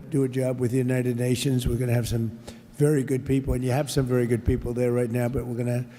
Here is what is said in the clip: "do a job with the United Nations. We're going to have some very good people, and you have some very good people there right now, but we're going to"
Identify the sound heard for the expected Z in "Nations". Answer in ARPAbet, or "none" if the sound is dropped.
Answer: Z